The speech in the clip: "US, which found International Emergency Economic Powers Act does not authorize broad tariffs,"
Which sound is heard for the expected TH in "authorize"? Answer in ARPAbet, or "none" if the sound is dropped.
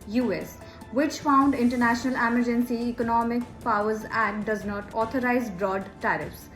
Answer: T